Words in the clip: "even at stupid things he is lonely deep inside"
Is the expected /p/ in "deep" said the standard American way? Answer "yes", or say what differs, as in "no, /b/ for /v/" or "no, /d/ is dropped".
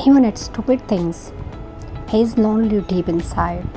yes